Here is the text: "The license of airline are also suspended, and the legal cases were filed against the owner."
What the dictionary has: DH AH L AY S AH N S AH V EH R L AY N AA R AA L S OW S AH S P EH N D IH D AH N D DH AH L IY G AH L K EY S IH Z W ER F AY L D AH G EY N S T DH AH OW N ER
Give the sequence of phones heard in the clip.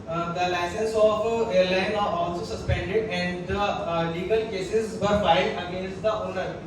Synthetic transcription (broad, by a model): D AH L AY S AH N S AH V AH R L AY N AA R AA L S OW S AH S P EH N D IH D AH N D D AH L IY G AH L K EY S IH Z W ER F AY D AH G EY N S T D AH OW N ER